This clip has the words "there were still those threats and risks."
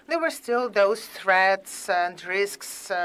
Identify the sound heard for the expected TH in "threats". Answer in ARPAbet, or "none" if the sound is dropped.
TH